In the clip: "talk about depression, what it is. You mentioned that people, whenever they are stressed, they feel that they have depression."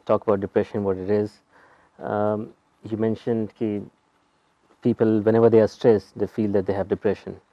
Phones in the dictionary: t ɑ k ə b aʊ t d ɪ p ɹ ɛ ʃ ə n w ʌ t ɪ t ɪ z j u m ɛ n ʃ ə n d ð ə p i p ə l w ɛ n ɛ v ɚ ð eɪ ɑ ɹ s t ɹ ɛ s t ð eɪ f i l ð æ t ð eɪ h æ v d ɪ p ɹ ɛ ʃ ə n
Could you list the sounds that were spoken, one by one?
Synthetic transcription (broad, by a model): t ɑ k ə b aʊ t d ɪ p ɹ ɛ ʃ ə n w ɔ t ɪ t ɪ z j u m ɛ n ʃ ə n d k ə p i p ə l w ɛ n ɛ v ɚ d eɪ ɑ ɹ s t ɹ ɛ s t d eɪ f i l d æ t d eɪ h æ v d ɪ p ɹ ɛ ʃ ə n